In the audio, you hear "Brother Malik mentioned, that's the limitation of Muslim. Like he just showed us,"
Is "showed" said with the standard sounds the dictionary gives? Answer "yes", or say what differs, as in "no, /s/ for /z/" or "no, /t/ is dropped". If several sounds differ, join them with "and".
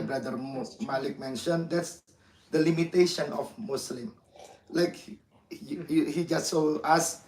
no, /s/ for /ʃ/